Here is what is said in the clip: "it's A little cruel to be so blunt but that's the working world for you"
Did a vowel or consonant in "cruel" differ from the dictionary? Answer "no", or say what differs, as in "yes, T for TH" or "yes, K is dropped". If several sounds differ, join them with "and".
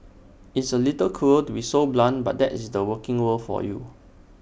yes, R is dropped